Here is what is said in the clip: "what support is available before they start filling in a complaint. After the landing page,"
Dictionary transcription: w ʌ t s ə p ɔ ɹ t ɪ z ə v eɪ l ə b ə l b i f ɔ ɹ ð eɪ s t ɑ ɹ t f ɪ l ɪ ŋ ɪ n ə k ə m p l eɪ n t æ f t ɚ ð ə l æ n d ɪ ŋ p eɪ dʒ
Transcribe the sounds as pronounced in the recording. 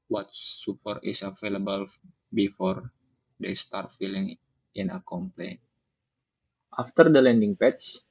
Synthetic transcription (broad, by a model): w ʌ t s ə p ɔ ɹ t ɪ s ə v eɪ l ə b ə l b i f ɔ ɹ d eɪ s t ɑ ɹ t f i l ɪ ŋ ɪ n ə k ə m p l eɪ n t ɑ f t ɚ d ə l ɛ n d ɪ ŋ p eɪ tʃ